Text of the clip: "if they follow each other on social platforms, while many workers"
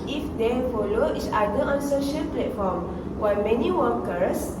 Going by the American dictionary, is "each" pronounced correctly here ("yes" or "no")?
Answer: no